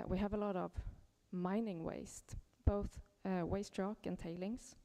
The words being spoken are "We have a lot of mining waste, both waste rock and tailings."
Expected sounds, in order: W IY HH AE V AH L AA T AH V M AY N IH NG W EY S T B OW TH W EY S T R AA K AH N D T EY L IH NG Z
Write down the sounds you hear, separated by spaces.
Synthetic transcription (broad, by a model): W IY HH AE V AH L AA T AH V M AY N IH NG W EY S T B OW TH W EY S T R AA K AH N T EY L IH NG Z